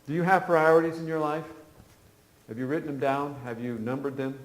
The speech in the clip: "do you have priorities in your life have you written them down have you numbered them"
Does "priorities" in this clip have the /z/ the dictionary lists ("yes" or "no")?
yes